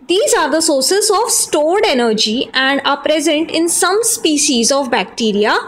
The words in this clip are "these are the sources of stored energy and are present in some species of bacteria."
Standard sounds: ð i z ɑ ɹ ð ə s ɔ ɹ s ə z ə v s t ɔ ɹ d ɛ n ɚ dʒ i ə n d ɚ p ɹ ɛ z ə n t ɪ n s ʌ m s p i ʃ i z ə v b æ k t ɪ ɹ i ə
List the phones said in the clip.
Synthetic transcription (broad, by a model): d i z ɑ ɹ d ə s ɔ ɹ s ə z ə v s t ɔ ɹ d ɛ n ɚ dʒ i ə n d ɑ p ɹ ɛ z ə n t ɪ n s ʌ m s p i ʃ i z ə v b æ k t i ɹ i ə